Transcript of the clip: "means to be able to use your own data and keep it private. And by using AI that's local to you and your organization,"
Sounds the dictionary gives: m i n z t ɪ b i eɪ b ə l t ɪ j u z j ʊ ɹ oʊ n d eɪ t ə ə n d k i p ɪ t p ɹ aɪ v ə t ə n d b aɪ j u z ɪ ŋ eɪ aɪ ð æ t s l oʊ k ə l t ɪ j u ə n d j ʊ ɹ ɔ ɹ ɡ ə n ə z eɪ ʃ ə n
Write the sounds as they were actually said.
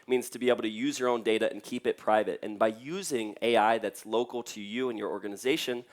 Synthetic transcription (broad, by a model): m i n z t ɪ b i eɪ b l t ɪ j u z j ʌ ɹ oʊ n d eɪ t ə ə n k i p ɪ t p ɹ aɪ v ə t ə n b aɪ j u z ɪ ŋ eɪ aɪ ð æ t s l oʊ k l t ɪ j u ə n j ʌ ɹ ɔ ɹ ɡ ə n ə z eɪ ʃ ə n